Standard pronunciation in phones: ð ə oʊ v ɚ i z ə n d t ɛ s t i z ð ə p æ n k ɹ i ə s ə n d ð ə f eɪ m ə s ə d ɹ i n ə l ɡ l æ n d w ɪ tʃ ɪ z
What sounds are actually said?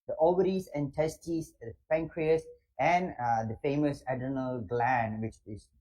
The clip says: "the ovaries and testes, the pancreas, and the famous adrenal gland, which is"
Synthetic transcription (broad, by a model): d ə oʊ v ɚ i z ə n d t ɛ s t i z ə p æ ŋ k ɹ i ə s ə n d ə f eɪ m ə s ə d ʌ n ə l ɡ l æ n d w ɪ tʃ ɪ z